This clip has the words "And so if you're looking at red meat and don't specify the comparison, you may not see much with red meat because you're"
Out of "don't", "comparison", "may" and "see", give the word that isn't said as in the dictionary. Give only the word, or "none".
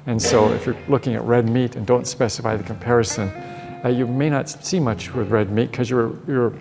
none